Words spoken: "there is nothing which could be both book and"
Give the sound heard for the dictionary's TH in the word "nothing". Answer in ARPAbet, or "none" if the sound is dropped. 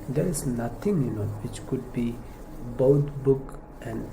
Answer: T